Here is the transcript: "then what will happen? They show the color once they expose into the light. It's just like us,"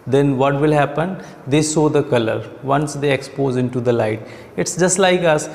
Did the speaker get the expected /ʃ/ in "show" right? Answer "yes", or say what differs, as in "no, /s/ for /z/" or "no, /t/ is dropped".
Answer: no, /s/ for /ʃ/